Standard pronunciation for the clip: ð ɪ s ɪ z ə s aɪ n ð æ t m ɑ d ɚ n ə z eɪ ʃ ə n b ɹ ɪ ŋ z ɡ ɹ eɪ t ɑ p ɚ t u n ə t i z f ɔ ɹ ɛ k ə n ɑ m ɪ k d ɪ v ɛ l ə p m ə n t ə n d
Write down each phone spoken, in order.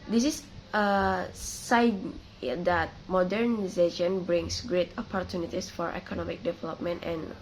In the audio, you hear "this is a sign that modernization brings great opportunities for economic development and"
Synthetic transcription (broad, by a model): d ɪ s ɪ s ə s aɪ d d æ t m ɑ d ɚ n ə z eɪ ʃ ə n b ɹ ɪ ŋ s ɡ ɹ eɪ t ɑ p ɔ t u n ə t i s f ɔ ɹ ɛ k ə n ɑ m ɪ k d ɪ v ɛ l ə p m ə n t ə n